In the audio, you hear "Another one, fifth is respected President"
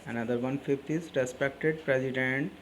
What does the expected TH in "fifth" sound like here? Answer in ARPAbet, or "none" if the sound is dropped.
T